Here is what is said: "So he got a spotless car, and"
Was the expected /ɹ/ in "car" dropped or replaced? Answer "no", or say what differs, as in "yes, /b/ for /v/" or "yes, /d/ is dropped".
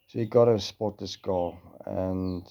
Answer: yes, /l/ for /ɹ/